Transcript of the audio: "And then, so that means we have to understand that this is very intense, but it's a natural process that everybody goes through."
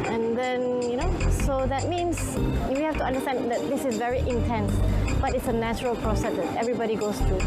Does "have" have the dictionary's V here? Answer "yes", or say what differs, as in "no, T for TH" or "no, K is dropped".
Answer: no, F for V